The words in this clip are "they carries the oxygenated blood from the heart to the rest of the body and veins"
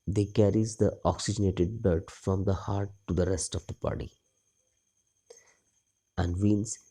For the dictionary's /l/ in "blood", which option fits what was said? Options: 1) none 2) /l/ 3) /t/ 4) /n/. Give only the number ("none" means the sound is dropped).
1